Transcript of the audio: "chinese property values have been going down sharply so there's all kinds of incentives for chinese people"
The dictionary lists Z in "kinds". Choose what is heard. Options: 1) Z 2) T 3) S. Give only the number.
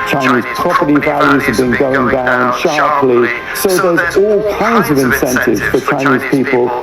1